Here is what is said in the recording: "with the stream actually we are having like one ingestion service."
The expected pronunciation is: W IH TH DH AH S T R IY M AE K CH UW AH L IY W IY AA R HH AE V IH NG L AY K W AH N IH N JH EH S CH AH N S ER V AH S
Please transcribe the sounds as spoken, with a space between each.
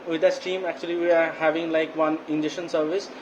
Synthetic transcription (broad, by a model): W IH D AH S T IY M AE K CH UW AH L IY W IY AA R HH AE V IH NG L AY K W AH N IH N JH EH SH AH N S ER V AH S